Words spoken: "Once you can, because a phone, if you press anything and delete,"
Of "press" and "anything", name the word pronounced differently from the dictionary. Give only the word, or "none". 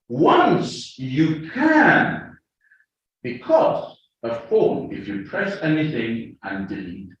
none